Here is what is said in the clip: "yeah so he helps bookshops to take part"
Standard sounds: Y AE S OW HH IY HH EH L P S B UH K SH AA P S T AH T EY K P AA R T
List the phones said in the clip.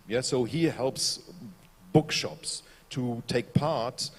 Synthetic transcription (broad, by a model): Y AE S OW HH IY HH EH L P S B UH K SH AA P S T AH T EY K P AA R T